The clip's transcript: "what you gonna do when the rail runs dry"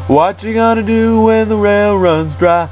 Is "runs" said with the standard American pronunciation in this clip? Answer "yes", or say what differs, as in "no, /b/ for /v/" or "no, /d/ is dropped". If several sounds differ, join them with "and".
yes